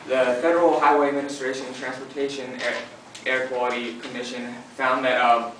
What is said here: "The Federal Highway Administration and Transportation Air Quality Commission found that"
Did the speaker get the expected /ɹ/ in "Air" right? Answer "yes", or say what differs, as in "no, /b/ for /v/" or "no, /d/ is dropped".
yes